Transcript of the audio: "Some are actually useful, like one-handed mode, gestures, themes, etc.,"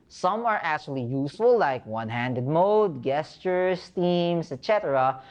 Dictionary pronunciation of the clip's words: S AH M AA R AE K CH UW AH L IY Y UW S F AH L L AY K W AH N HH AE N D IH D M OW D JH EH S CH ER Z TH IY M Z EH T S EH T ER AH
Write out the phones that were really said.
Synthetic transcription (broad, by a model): S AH M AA R AE K CH UW AH L IY Y UW S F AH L L AY K W AH N HH AE N D IH D M OW D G EH S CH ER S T IY M S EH T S EH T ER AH